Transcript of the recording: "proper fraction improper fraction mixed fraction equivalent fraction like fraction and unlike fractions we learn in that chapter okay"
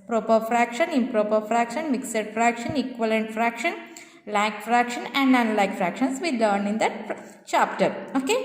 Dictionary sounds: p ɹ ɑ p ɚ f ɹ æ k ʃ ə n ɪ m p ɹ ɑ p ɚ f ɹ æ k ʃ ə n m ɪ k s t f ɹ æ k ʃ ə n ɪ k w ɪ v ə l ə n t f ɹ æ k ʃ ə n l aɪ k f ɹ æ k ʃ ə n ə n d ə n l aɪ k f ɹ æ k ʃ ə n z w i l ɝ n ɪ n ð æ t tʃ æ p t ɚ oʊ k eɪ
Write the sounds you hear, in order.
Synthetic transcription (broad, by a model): p ɹ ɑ p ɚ f ɹ æ k ʃ ə n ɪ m p ɹ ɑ p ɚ f ɹ æ k ʃ ə n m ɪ k s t f ɹ æ k ʃ ə n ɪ k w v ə l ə n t f ɹ æ k ʃ ə n l aɪ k f ɹ æ k ʃ ə n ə n d ə n l aɪ k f ɹ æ k ʃ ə n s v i l ɝ n ɪ n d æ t tʃ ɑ p t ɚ oʊ k eɪ